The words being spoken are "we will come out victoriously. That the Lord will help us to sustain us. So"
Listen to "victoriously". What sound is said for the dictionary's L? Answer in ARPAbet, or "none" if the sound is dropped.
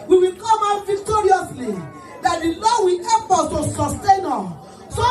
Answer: L